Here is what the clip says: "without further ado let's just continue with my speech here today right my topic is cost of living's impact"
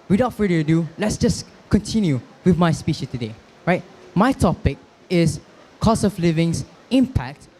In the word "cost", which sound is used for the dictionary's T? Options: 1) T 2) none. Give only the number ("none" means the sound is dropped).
2